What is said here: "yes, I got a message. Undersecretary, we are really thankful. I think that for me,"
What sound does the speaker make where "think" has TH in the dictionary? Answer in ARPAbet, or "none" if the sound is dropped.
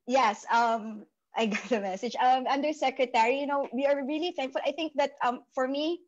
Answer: TH